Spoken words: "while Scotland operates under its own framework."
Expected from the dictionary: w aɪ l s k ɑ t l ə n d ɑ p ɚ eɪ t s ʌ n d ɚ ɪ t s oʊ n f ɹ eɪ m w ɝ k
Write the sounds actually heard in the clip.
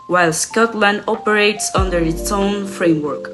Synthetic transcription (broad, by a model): w aɪ l s k ɑ t l ə n d ɑ p ɚ eɪ t s ʌ n d ɚ ɪ t s oʊ n f ɹ eɪ m w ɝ k